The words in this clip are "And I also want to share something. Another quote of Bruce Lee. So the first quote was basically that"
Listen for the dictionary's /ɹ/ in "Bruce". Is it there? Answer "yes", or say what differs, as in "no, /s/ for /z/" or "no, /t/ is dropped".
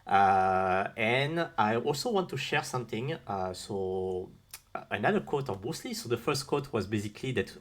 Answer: no, /ɹ/ is dropped